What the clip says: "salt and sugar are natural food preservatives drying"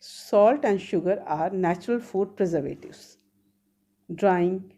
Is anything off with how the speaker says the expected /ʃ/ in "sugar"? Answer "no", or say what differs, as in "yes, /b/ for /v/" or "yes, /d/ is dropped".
no